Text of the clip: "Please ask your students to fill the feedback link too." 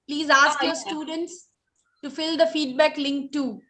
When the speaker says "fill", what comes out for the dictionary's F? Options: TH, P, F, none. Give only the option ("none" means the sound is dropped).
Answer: F